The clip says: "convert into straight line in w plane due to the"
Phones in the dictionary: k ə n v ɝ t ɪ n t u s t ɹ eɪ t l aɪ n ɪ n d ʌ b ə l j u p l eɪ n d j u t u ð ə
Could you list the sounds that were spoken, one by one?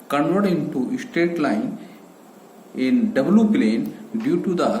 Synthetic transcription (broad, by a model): k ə n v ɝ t ɪ n t u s t eɪ t l aɪ n ɪ n d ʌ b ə l j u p l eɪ n d j u t u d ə